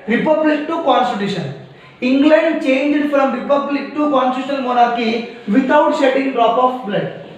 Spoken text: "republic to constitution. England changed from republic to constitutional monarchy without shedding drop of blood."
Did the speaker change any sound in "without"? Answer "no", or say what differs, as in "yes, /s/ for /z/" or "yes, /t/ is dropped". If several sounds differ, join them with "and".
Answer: yes, /t/ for /θ/